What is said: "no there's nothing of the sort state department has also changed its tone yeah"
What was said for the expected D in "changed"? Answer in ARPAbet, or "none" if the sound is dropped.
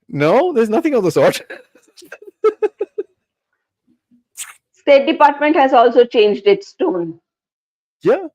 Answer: D